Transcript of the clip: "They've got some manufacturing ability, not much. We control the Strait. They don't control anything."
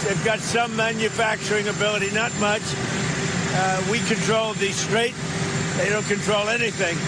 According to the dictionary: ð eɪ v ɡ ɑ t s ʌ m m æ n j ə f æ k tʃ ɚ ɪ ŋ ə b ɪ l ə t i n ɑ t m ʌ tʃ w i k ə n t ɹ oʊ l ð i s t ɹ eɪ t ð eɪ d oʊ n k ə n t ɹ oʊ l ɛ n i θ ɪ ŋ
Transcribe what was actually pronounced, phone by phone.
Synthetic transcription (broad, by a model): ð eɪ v ɡ ɑ t s ʌ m m æ n j ə f æ k tʃ ɚ ɪ ŋ ə b ɪ l ə t i n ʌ t m ʌ tʃ w i k ə n t ɹ oʊ l ð i s t ɹ eɪ t ð eɪ d oʊ n k ə n t ɹ oʊ l ɛ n i θ ɪ ŋ